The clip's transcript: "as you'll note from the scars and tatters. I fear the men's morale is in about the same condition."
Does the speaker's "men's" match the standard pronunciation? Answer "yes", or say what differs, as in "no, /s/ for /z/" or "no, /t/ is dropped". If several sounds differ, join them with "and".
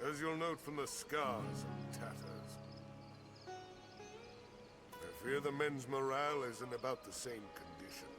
yes